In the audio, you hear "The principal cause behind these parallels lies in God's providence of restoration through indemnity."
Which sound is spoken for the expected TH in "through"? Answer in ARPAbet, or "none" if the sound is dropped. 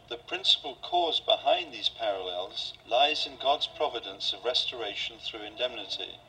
TH